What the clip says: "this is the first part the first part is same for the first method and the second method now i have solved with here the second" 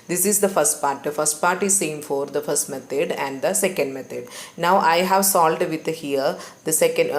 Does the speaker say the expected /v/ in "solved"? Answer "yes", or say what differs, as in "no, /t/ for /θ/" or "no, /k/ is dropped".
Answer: no, /v/ is dropped